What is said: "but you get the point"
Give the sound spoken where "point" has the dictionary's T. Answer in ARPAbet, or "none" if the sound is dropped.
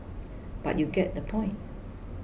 T